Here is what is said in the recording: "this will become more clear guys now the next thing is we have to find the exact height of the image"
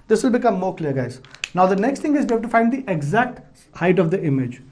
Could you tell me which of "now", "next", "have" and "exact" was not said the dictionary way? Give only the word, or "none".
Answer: have